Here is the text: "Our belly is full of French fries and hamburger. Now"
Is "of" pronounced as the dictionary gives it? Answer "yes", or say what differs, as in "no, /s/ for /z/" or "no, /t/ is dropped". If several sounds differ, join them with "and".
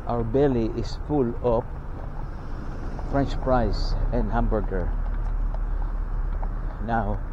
no, /p/ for /v/